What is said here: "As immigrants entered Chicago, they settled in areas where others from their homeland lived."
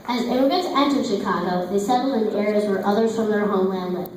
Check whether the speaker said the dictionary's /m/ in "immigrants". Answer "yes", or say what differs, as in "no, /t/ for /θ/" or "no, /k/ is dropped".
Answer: no, /m/ is dropped